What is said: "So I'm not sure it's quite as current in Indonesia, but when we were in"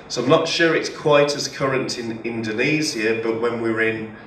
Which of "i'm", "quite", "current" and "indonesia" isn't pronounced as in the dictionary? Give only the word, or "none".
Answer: indonesia